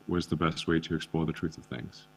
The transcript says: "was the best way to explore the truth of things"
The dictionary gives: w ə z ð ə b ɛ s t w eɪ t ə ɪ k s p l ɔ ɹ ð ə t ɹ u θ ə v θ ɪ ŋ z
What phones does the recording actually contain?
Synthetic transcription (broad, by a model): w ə z ð ə b ɛ s t w eɪ t ə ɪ k s p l ɔ ð ə t ɹ u θ ə v θ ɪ ŋ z